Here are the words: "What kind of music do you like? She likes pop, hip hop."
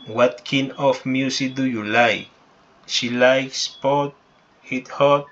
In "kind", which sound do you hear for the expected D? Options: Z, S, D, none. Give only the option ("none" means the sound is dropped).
none